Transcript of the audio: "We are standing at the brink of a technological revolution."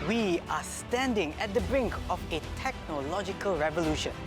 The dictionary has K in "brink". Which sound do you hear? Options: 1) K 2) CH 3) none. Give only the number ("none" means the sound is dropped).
1